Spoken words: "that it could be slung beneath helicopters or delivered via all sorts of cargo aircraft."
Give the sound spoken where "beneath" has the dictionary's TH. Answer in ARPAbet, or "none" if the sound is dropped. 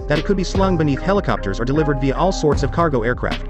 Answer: TH